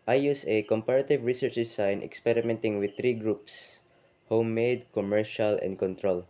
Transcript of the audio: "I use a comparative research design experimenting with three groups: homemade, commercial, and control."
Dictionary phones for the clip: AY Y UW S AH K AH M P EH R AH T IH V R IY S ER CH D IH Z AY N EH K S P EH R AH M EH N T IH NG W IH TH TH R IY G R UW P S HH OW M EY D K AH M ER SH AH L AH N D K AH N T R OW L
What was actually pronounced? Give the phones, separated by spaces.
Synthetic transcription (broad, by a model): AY Y UW S AH K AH M P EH R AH T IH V R IY S ER CH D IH S AY N EH K S P EH R AH M EH N T IH NG W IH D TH R IY G R UW P S HH OW M EY D K AH M ER SH AH L AH N D K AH N T R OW L